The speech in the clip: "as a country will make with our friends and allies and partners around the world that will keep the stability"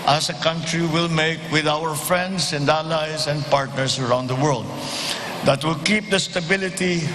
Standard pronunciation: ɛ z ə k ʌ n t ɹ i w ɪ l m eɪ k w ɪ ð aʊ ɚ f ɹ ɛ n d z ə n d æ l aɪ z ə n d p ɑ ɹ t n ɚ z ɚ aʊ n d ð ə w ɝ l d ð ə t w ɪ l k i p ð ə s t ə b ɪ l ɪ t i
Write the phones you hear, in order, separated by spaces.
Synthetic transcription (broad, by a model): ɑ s ə k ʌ n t ɹ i w ɪ l m eɪ k w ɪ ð aʊ ɚ f ɹ ɛ n d s ə n d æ l aɪ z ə n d p ɑ ɹ t n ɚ s ɚ aʊ n d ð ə w ɝ l d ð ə t w ɪ l k i p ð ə s t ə b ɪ l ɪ t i